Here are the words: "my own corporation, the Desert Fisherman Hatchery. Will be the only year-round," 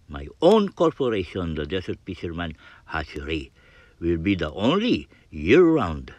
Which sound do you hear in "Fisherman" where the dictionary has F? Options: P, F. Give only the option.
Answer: P